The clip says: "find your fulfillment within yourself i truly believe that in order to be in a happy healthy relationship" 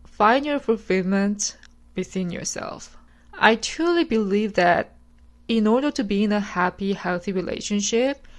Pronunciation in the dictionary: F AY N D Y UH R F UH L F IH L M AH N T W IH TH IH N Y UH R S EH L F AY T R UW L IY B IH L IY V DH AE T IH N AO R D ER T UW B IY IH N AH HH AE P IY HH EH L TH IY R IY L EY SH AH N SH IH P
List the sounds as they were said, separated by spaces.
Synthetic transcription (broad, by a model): F AY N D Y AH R F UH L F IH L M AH N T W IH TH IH N Y UH R S EH L F AY T R UW L IY B IH L IY V DH AE T IH N AO R D ER T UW B IY IH N AH HH AE P IY HH EH L TH IY R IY L EY SH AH N SH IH P